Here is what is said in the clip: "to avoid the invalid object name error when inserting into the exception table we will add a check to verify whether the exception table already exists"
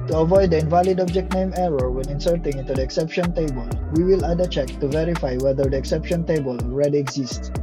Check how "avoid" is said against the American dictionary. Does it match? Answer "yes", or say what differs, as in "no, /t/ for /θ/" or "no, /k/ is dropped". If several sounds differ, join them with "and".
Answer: yes